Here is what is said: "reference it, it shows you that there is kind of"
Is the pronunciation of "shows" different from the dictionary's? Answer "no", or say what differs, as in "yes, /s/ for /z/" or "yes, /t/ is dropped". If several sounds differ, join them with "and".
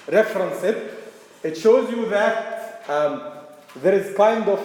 no